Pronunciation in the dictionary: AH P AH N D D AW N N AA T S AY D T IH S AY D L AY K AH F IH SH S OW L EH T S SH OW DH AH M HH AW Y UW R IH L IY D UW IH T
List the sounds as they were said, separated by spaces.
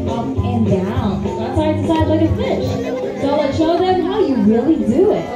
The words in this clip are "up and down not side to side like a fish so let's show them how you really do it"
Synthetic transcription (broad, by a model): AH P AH N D D AW N L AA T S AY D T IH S AY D L AY K AH F IH SH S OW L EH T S SH OW DH AH M HH AW Y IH R IH L IY D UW IH T